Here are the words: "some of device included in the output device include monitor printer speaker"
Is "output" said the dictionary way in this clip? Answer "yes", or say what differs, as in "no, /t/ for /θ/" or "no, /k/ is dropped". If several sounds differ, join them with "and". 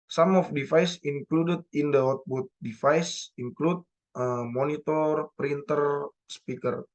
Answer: no, /b/ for /p/